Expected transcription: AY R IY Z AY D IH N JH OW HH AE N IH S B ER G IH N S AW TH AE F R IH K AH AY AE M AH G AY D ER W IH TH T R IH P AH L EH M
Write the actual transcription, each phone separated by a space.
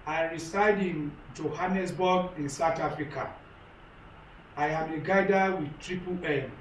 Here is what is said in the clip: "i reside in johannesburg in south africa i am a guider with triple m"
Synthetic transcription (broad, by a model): AY R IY S AY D IH N JH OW HH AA N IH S B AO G IH N S AW T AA F R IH K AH AY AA M AH G AY D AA W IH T R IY P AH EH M